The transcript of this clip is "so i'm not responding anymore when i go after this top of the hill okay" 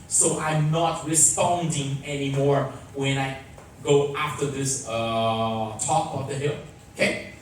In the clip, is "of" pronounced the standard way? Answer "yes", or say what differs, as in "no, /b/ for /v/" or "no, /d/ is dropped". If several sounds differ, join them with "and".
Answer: no, /b/ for /v/